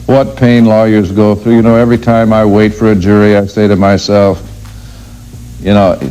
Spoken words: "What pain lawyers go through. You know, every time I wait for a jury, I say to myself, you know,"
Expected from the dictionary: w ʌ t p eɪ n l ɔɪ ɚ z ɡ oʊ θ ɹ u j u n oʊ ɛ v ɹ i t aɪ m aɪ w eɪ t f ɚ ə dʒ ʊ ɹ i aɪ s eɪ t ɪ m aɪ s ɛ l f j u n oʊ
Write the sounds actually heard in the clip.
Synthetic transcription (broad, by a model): w ʌ t p eɪ n l ɔɪ ɚ z ɡ oʊ θ ɹ u j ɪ n oʊ ɛ v ɹ i t aɪ m aɪ w eɪ t f ɚ ə dʒ ʊ ɹ i aɪ s eɪ t ɪ m aɪ s ɛ l f j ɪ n oʊ